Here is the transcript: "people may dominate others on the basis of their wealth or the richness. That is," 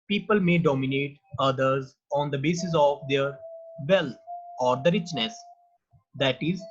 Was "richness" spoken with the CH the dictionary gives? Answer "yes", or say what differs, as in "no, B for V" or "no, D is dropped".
yes